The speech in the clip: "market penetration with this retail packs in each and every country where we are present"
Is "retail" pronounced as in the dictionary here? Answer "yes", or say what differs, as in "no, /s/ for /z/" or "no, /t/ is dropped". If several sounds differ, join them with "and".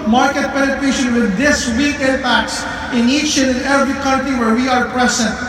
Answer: no, /w/ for /ɹ/